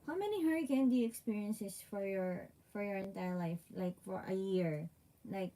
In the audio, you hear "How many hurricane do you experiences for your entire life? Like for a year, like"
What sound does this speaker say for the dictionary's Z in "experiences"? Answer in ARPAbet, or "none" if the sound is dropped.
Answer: S